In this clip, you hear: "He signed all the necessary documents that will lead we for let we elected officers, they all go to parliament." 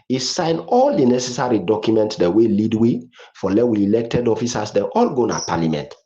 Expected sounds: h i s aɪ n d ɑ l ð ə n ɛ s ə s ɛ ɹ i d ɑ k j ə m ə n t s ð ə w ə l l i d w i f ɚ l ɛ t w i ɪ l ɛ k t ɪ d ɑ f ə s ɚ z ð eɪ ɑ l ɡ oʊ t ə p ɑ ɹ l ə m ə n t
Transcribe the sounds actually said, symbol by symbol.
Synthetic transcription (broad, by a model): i s aɪ n ɑ l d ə n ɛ s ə s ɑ ɹ i d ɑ k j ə m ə n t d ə w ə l l i d w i f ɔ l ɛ w i l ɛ k t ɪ d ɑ f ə s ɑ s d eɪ ɑ l ɡ oʊ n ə p ɑ l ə m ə n t